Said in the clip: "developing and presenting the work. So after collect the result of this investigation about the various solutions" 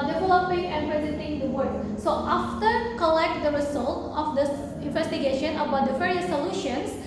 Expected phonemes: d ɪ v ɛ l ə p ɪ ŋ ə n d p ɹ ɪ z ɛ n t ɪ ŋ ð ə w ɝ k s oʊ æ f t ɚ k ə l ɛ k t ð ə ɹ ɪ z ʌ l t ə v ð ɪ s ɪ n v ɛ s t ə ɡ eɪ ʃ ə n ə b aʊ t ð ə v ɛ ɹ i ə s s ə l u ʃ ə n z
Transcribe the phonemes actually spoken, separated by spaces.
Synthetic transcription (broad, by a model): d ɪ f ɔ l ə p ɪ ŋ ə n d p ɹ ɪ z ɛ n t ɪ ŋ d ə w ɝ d s oʊ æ f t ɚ k ə l ɛ k t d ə ɹ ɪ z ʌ l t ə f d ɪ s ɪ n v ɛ s t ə ɡ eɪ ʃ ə n ə b aʊ t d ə f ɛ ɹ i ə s s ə l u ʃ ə n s